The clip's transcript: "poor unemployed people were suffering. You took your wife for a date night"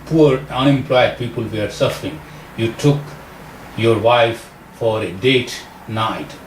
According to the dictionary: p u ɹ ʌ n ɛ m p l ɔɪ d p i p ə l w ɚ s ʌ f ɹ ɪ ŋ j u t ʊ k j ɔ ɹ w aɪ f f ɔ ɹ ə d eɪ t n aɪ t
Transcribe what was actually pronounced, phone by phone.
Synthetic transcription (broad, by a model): p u ɹ ʌ n ɛ m p l ɔɪ d p i p ə l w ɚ s ʌ f ɹ ɪ ŋ j u t ʊ k j ɔ ɹ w aɪ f f ɔ ɹ ə d eɪ t n aɪ t